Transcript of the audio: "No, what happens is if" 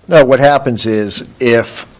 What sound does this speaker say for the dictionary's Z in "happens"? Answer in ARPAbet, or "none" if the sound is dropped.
Z